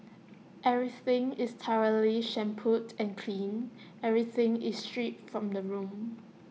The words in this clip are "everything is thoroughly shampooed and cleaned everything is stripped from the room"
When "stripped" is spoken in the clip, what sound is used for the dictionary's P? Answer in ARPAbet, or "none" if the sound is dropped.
none